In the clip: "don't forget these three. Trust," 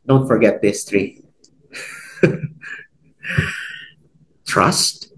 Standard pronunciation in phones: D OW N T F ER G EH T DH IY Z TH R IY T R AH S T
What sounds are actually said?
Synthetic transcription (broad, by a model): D OW N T F ER G EH T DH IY S TH R IY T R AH S T